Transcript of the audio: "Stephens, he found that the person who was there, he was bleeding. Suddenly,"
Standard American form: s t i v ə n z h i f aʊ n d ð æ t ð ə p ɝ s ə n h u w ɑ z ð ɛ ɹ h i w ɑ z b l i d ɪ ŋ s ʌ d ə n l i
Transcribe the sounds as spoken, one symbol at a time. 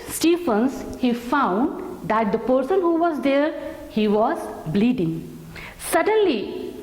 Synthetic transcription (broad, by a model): s t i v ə n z h i f aʊ n d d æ t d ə p ɝ s ə n h u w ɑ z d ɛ ɹ h i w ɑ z b l i d ɪ ŋ s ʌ d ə n l i